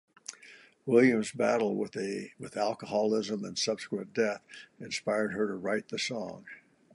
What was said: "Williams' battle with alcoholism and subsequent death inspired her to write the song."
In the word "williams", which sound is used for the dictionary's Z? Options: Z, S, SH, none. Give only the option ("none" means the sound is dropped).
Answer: Z